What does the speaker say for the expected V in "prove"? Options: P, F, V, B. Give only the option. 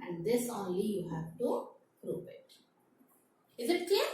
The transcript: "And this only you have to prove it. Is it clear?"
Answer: P